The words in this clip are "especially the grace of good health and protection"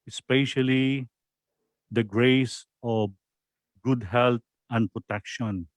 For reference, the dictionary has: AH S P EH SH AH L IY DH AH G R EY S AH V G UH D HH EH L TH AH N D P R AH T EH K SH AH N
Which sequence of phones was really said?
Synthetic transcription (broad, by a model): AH S P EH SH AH L IY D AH G R EY S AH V G UH D HH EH L T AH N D P R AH T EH K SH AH N